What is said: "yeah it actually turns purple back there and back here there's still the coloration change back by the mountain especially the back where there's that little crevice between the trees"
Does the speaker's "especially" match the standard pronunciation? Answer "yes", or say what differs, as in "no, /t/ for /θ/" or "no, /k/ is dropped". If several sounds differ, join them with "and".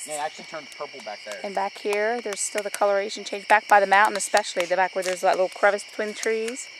yes